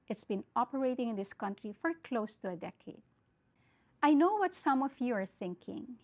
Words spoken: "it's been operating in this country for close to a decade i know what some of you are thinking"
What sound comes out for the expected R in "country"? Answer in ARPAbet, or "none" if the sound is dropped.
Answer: R